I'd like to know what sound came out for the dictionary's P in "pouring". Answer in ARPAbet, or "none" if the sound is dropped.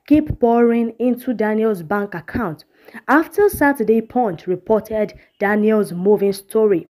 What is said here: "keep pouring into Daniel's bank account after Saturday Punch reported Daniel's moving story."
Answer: B